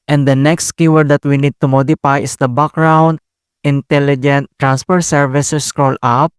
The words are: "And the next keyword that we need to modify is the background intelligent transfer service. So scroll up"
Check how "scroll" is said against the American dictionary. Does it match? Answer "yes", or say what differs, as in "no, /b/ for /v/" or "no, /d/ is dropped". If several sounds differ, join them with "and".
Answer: yes